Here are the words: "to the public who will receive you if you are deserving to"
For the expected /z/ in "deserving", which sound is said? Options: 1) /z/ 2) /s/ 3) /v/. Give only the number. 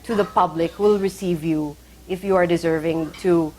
1